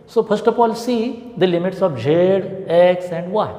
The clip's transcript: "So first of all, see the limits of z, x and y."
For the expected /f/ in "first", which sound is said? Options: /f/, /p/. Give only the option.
/p/